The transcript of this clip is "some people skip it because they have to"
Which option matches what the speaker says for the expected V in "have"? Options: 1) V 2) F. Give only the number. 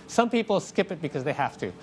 2